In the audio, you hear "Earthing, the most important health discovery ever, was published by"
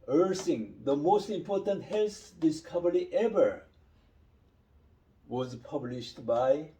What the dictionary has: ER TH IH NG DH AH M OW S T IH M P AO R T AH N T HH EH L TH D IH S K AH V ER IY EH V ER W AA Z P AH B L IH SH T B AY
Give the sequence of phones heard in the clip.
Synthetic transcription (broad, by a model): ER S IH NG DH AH M OW S T IH M P AO R T AH N T HH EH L S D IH S K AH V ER IY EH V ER W AA Z P AH B L IH SH T B AY